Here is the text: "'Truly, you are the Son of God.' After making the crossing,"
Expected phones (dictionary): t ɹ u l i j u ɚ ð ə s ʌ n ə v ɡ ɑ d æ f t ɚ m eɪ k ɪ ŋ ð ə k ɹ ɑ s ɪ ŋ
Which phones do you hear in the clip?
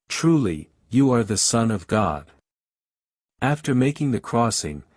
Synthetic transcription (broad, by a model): t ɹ u l i j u ɚ ð ə s ʌ n ə v ɡ ɑ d æ f t ɚ m eɪ k ɪ ŋ ð ə k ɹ ɑ s ɪ ŋ